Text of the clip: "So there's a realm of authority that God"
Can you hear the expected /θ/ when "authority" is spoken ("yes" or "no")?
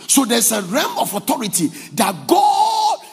no